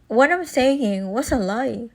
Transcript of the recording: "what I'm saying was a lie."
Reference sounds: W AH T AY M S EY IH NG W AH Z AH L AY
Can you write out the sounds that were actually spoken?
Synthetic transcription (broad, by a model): W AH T AY M S EY IH NG W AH S AH L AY